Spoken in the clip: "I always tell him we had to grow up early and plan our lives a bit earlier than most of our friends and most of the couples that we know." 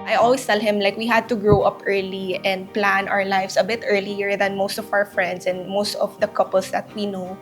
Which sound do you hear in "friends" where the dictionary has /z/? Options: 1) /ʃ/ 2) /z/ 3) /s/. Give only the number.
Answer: 3